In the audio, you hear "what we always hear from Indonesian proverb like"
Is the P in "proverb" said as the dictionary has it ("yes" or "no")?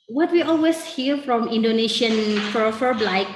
no